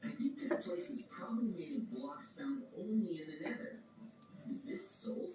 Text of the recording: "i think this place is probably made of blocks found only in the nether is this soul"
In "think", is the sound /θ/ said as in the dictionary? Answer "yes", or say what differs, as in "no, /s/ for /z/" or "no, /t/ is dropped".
yes